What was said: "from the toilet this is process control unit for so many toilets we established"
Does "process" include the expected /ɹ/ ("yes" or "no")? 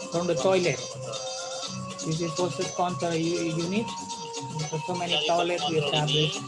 no